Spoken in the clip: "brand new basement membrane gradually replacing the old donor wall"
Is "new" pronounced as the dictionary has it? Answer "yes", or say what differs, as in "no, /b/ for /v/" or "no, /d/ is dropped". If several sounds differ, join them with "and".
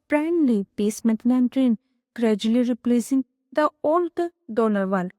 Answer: no, /l/ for /n/